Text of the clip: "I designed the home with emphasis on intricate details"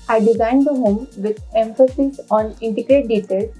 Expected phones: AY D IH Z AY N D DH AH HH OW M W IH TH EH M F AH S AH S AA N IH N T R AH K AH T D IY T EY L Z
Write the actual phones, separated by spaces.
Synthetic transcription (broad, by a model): AY D IH Z AY N D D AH HH OW M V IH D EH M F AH S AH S AA N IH N T AH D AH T D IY T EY L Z